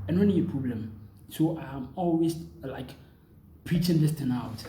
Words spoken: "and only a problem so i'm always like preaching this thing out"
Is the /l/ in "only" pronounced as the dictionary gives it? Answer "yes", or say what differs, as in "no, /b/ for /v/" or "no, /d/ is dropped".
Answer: no, /l/ is dropped